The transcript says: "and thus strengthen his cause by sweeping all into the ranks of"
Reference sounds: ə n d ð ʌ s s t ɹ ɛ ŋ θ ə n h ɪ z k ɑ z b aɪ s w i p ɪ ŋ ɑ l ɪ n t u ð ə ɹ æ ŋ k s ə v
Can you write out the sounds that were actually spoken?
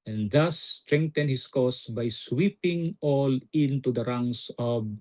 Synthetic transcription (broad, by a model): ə n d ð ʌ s s t ɹ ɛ ŋ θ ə n h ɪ s k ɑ s b aɪ s w i p ɪ ŋ ɑ l ɪ n t u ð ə ɹ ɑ ŋ s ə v